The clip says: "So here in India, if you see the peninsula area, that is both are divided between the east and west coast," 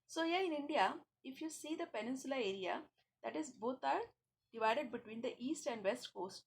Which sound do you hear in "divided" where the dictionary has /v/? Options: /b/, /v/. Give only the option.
/v/